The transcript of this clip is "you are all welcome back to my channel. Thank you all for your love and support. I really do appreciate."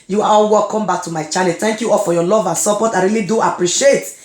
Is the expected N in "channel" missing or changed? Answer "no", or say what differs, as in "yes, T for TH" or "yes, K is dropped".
yes, L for N